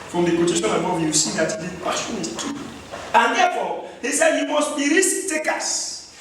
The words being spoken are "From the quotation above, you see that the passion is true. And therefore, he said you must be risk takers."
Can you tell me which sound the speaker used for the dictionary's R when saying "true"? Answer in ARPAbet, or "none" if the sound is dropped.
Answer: none